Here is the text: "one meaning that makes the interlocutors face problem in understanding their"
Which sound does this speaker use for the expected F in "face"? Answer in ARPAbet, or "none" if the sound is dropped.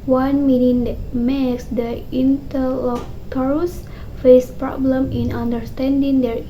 F